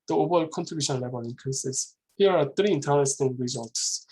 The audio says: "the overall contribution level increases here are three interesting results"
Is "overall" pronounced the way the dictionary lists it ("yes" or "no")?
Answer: no